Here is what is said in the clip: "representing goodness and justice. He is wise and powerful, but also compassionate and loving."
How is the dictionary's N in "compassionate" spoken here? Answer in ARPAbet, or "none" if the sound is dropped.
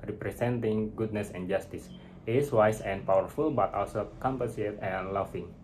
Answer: none